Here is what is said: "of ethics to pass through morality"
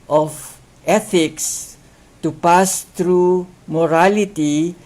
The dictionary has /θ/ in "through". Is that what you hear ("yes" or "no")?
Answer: no